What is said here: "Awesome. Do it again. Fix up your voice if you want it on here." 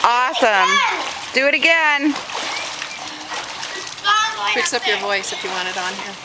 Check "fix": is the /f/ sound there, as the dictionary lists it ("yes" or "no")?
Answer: no